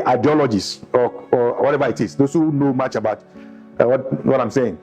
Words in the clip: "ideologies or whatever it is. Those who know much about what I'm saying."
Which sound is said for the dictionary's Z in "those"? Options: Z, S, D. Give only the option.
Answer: S